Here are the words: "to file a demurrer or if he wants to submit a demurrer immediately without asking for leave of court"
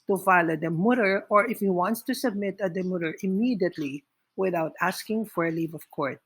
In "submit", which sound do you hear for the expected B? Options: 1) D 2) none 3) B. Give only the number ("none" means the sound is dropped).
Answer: 3